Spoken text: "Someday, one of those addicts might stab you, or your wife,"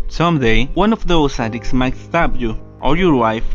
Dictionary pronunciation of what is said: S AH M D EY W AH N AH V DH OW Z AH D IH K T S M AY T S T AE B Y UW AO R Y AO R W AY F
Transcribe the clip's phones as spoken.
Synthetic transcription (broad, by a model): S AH M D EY W AH N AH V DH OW S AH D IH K S M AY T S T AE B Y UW AO R Y AO R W AY F